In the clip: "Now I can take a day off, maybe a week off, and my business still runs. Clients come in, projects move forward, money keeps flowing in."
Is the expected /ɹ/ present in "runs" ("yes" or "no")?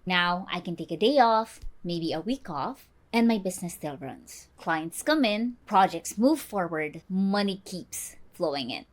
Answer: yes